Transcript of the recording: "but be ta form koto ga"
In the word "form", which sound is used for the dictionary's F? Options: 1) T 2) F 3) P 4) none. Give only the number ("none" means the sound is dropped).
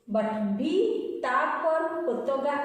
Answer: 3